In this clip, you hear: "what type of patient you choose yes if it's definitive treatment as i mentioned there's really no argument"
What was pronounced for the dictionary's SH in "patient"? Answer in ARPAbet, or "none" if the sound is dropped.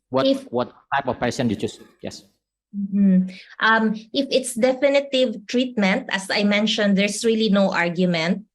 S